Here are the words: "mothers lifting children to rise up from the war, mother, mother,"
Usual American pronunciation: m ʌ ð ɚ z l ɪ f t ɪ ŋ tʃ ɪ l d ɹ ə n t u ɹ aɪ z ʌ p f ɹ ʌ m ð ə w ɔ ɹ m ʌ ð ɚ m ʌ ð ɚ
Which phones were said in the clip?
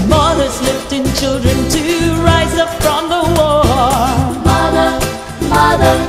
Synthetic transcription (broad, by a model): m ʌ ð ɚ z l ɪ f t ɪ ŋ tʃ ɪ l d ɹ ə n t u ɹ aɪ z ʌ p f ɹ ʌ m ð ə w ɔ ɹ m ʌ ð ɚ m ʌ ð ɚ